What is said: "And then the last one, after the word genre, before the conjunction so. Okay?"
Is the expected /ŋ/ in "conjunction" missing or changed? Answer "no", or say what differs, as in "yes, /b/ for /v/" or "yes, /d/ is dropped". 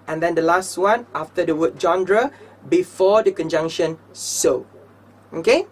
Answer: no